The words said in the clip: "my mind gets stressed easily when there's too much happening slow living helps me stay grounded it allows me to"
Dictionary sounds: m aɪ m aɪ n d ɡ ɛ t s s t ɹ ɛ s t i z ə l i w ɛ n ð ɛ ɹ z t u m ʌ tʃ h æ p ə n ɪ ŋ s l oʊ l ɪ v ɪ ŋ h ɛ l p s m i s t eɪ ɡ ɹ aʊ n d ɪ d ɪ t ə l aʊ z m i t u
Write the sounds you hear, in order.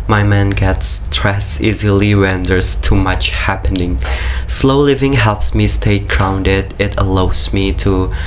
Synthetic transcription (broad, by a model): m aɪ m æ n ɡ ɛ t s s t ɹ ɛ s i z ə l i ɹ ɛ n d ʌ ɹ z t u m ʌ tʃ h æ p ə n ɪ ŋ s l oʊ l ɪ v ɪ ŋ h ɛ l p s m i s t eɪ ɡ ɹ aʊ n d ɪ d ɪ t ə l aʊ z m i t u